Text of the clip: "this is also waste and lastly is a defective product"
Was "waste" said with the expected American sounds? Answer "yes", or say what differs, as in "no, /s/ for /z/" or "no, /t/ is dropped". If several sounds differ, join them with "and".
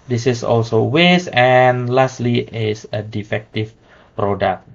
no, /t/ is dropped